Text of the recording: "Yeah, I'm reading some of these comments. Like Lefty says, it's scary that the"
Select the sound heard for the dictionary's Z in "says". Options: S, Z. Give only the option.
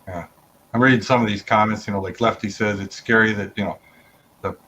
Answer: Z